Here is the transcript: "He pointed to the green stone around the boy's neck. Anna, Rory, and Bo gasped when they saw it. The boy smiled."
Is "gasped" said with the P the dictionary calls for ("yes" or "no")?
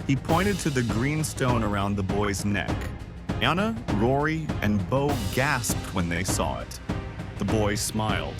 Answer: yes